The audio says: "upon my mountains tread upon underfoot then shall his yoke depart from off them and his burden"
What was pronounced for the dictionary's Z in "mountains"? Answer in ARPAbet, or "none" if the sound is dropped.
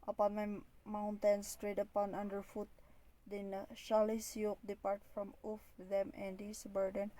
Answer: S